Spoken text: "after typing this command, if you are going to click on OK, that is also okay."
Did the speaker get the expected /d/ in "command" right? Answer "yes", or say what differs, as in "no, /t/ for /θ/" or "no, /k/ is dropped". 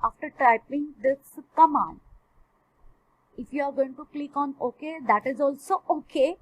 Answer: no, /d/ is dropped